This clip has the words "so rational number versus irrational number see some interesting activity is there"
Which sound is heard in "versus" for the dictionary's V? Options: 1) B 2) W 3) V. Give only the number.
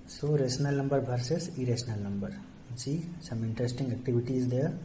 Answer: 1